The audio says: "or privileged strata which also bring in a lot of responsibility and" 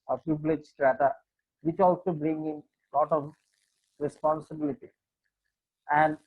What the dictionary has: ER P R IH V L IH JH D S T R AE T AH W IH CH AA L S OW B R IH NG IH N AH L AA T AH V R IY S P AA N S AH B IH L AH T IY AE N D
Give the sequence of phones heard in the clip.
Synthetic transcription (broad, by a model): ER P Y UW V L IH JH S T R AE T AH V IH CH AA L S OW B R IH NG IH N L AA T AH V R IY S P AA N S AH B IH L AH T IY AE N D